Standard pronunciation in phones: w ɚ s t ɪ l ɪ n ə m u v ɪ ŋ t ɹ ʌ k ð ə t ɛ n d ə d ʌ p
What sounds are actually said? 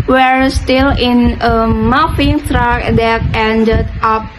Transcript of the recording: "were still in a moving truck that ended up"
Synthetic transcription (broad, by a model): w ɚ s t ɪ l ɪ n ə m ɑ f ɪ ŋ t ɹ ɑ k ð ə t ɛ n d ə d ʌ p